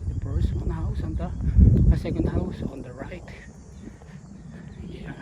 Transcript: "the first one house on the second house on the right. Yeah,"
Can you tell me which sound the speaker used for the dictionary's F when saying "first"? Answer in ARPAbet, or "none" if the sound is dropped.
P